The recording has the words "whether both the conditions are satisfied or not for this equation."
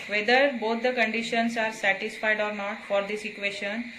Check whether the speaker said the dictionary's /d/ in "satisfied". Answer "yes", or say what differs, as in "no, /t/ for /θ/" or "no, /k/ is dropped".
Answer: yes